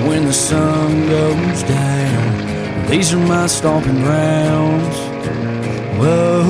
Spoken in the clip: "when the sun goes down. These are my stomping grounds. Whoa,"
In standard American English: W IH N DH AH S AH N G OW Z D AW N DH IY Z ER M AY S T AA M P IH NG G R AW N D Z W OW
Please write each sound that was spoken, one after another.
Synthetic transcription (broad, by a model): W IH N DH AH S AH N G OW Z D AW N DH IY Z ER M AY S T AA P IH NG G R AW N D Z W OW